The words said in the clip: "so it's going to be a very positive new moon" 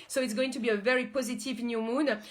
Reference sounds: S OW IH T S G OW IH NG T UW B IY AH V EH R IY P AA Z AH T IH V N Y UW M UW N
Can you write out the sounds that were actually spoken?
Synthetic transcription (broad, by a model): S OW IH T S G OW IH NG T UW B IY AH V EH R IY P AA Z AH T IH V N Y UW M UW N